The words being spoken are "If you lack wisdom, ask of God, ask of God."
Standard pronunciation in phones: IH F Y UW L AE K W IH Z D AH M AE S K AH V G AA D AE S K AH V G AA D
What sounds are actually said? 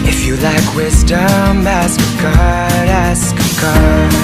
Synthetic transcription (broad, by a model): IH F Y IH L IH K W IH Z D AH M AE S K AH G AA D AE S K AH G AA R